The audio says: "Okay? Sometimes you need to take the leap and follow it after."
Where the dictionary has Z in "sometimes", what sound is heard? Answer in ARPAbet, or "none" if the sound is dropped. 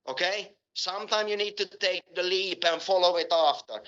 none